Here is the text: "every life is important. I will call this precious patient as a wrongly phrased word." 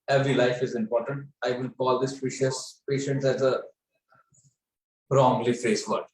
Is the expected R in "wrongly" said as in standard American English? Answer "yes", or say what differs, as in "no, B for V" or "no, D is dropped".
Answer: yes